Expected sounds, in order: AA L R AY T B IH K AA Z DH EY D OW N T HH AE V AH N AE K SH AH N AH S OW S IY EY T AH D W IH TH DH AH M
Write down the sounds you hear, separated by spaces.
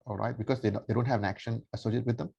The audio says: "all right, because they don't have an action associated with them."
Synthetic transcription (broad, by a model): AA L R AY T B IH K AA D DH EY D OW N T HH AE V AH N AE K SH AH N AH S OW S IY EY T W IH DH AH M